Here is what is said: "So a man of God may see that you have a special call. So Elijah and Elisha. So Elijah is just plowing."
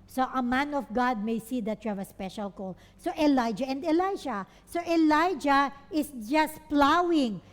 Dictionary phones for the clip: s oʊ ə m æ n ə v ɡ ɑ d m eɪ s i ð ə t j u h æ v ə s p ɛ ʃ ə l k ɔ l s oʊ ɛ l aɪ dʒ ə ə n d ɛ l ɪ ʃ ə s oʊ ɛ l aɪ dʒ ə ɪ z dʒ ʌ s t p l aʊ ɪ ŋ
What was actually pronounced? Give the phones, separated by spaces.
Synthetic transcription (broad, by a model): s oʊ ə m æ n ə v ɡ ɑ d m eɪ s i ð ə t j u h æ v ə s p ɛ ʃ ə l k ɔ l s oʊ ɛ l aɪ dʒ ə ə n d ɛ l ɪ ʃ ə s oʊ ɛ l aɪ dʒ ə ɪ s dʒ ʌ s t p l aʊ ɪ ŋ